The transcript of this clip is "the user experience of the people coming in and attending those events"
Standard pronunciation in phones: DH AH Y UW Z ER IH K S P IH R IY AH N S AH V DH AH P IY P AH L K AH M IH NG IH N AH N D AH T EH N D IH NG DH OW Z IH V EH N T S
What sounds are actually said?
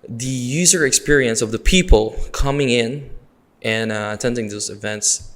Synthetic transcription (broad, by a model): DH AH Y UW Z ER IH K S P IH R IY AH N S AH V DH AH P IY P AH L K AH M IH NG IH N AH N AH T EH N D IH NG DH OW Z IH V EH N T S